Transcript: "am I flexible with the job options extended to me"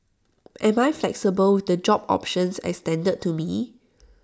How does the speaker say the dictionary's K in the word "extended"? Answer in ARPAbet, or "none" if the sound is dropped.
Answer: none